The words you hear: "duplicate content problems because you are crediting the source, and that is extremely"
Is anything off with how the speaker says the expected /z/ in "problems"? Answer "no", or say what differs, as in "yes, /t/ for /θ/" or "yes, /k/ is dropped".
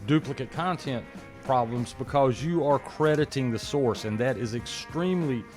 no